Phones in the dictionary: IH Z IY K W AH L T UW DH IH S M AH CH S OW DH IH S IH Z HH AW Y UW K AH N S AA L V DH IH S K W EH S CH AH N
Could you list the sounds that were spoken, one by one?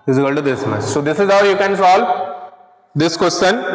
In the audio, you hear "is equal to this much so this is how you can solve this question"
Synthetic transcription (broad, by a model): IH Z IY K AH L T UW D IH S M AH S S OW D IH S IH Z HH AW Y UW K AH N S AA L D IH S K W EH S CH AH N